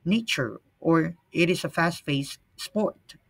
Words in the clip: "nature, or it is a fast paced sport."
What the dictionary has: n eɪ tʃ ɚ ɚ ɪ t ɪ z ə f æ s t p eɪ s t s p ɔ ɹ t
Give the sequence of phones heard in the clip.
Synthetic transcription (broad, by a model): n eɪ tʃ ɚ ɚ ɪ t ɪ z ə f æ s t f eɪ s s p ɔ ɹ t